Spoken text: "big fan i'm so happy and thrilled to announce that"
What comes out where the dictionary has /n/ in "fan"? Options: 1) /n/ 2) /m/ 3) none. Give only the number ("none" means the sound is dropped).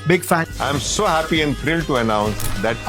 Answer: 3